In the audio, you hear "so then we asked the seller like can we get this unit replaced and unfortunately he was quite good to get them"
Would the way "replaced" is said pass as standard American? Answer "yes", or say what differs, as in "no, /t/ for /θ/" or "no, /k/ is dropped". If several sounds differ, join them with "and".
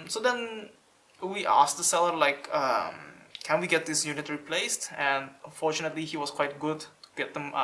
yes